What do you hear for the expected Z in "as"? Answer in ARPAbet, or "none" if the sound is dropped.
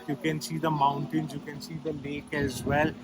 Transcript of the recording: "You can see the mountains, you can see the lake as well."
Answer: Z